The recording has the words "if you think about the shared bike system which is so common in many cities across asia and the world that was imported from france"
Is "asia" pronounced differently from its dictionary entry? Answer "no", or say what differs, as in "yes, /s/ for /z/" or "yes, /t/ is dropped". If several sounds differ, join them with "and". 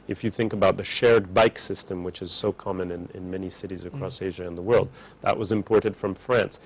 no